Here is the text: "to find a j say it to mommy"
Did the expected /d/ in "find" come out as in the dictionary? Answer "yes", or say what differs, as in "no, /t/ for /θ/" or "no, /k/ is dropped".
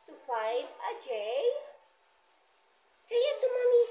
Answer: no, /d/ is dropped